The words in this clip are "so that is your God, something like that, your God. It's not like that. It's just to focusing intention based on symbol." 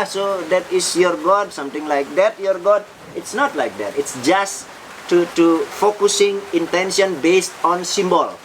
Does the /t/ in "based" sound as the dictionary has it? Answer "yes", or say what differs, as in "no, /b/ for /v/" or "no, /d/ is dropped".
yes